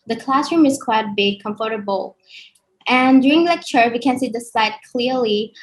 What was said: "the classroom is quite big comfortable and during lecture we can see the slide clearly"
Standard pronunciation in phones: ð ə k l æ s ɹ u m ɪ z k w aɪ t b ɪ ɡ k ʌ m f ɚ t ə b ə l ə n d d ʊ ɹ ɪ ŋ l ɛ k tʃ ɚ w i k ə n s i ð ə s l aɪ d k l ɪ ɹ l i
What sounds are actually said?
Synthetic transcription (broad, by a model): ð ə k l æ s ɹ u m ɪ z k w aɪ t b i k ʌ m f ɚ t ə b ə l ə n d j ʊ ɹ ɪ ŋ l ɛ k tʃ ɚ w i k ə n s i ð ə s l aɪ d k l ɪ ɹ l i